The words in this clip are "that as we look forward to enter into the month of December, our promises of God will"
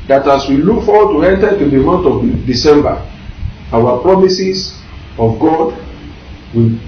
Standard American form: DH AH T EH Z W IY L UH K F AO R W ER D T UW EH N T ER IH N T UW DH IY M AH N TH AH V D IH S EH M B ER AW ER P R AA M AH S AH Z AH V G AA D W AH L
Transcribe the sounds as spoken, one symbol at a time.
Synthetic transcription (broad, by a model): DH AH T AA S W IY L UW K F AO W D T UW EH N T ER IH T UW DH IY M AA N T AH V D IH S EH M B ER AW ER P R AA M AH S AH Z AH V G AA D W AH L